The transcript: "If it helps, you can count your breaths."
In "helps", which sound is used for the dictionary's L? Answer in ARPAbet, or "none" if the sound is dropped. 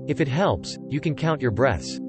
L